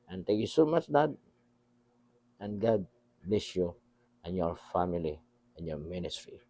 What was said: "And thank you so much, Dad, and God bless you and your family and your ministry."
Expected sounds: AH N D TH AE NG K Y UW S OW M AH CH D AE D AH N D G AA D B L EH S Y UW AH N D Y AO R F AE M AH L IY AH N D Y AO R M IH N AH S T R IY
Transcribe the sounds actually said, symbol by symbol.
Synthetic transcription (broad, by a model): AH N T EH K Y UW S OW M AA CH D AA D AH N G AA D B L EH S Y UW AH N Y AO R F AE M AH L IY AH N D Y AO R M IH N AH S T R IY